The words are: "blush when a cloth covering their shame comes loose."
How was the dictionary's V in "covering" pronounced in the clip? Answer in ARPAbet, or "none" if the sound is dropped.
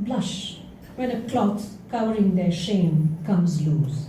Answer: W